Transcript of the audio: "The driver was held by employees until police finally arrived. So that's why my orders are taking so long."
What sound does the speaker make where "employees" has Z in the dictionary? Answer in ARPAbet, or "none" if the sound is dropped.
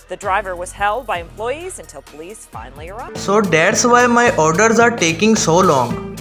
Z